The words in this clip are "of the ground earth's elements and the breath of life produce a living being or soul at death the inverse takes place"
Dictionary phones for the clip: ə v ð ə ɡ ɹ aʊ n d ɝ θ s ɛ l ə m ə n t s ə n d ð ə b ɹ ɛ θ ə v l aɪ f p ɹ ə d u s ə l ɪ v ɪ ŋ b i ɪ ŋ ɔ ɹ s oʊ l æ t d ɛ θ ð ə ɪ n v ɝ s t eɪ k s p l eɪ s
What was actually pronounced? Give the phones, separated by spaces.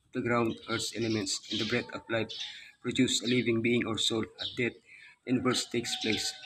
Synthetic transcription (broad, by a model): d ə ɡ ɹ aʊ n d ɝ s ɛ l ə m ə n t s ə n d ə b ɹ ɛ t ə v l aɪ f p ɹ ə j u s ə l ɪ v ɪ ŋ b i ɪ ŋ ɔ ɹ s oʊ l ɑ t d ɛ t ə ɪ n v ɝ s t eɪ k s p l eɪ s